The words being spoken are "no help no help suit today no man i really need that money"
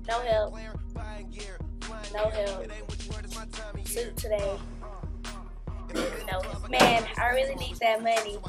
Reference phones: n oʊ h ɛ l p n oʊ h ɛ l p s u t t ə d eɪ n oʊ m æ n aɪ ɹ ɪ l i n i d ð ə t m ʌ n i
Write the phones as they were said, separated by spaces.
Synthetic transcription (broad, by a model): n oʊ h ɛ l p n oʊ h ɛ l p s u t t ə d eɪ n oʊ m æ n aɪ ɹ ɪ l i n i d ð ə t m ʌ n i